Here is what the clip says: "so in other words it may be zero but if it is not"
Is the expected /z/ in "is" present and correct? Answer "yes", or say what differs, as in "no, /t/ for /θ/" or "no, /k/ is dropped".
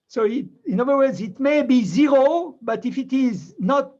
yes